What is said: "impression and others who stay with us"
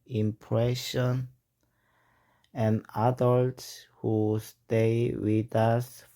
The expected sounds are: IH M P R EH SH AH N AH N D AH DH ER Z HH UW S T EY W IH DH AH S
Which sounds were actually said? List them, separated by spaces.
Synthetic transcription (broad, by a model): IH M P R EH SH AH N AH N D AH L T S HH UW S T EY W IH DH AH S